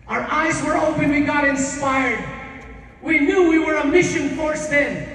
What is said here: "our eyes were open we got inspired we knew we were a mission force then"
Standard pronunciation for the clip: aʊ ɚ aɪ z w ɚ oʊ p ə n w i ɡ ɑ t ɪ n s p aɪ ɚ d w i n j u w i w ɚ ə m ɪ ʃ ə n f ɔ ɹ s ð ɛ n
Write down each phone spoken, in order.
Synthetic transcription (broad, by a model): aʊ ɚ aɪ z w ɚ oʊ p ə n w i ɡ ɑ t ɪ n s p aɪ ɚ d w i n j u w i w ɚ ə m ɪ ʃ ə n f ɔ ɹ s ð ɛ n